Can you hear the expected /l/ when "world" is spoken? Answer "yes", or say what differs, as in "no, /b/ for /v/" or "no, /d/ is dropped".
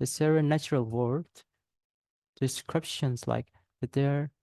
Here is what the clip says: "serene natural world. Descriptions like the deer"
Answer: no, /l/ is dropped